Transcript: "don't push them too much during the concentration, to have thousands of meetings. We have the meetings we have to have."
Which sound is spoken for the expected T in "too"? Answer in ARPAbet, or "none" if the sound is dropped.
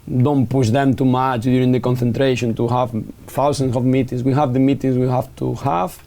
T